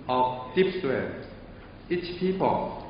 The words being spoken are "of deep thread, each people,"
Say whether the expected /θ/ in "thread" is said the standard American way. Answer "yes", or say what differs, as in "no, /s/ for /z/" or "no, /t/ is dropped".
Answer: no, /t/ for /θ/